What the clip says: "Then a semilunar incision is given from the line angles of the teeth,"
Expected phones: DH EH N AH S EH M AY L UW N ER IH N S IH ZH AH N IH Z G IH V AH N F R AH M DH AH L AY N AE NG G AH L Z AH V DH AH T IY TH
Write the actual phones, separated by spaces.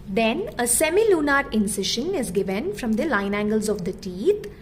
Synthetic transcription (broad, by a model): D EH N AH S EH M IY L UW N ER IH N S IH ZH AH N IH Z G IH V AH N F R AH M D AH L AY N AE NG G AH L Z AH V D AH T IY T